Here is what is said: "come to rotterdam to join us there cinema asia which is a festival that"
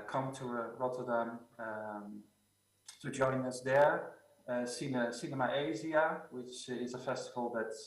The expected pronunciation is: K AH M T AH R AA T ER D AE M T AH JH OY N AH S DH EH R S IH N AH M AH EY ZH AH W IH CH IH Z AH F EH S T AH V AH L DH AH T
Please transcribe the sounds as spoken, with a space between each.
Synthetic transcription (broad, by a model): K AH M T AH R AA T ER D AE M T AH JH OY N AH S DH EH R S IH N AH M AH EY Z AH W IH CH IH Z AH F EH S T AH V AH L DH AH T